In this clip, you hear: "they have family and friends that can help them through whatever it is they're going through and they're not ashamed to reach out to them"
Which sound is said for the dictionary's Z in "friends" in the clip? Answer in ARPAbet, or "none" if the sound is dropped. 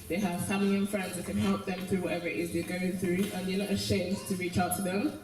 Z